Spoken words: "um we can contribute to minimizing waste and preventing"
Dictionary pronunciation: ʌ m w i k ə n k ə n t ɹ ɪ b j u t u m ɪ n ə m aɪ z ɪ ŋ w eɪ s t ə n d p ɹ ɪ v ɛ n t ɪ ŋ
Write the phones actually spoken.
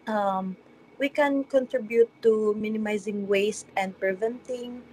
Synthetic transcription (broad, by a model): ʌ m w i k ə n k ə n t ɹ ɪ b j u t u m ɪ n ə m aɪ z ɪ ŋ w eɪ s t ə n d p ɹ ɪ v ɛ n t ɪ ŋ